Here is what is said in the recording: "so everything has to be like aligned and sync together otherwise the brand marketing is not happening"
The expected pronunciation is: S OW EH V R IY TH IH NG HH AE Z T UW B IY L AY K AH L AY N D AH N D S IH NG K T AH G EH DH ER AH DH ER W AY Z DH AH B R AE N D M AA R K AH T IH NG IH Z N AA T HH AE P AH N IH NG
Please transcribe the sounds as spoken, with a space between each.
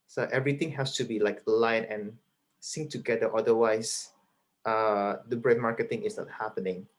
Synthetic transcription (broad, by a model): S OW EH V R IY T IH NG HH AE S T UW B IY L AY K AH L AY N AH N S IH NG T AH G EH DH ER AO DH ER W AY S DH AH B R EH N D M AA R K AH T IH NG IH S N AA T HH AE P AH N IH NG